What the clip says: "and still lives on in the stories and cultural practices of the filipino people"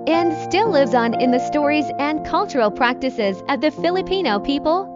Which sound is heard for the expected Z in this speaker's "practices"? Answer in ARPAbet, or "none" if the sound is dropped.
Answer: Z